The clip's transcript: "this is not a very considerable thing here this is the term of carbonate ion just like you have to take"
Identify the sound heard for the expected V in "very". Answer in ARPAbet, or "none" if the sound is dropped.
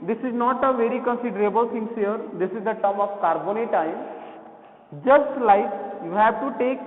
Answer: V